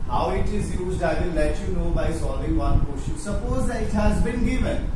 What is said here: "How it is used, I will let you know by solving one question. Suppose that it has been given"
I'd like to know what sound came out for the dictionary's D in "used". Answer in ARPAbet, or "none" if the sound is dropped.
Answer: D